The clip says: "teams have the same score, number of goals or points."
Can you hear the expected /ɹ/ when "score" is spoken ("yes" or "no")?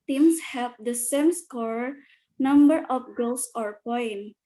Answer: yes